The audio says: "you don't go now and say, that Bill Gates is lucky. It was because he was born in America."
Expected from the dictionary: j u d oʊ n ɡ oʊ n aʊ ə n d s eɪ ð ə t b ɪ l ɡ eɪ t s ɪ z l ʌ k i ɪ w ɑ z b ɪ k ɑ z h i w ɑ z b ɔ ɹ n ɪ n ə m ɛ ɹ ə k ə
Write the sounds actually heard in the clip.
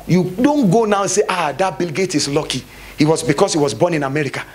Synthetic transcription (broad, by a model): j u d oʊ n ɡ oʊ n aʊ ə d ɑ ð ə t b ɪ l ɡ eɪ t ɪ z l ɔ k i ɪ w ɑ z b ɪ k ɑ s h i w ɑ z b ɔ n ɪ n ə m ɛ ɹ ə k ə